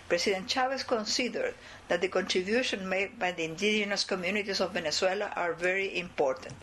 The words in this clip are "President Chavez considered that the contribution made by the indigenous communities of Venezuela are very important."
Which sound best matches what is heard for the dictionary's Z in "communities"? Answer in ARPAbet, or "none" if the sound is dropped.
S